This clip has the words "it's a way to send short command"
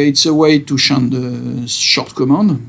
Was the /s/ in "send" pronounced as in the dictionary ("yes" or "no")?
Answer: no